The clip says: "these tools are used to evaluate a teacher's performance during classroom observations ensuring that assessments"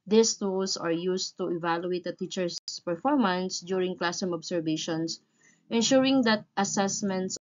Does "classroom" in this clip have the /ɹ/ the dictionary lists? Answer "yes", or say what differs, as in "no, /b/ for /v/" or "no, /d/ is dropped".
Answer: no, /ɹ/ is dropped